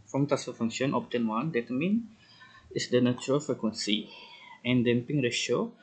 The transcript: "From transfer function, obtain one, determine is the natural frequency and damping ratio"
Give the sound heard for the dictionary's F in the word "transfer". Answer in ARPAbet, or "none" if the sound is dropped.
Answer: none